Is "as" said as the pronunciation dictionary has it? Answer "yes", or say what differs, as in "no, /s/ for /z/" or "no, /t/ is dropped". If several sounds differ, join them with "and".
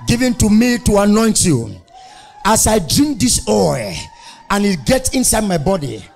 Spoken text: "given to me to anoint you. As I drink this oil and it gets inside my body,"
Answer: no, /s/ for /z/